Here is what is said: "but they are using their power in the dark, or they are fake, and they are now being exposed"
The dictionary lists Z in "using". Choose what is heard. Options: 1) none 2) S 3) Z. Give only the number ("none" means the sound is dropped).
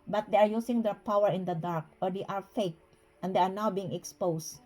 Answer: 2